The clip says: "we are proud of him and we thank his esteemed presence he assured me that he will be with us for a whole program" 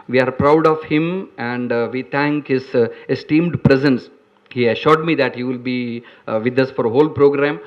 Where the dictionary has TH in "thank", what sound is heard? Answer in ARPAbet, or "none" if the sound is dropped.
T